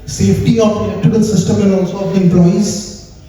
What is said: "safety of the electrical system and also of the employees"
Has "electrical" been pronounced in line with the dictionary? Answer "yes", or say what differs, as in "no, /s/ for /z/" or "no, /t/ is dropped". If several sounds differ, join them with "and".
no, /ɹ/ is dropped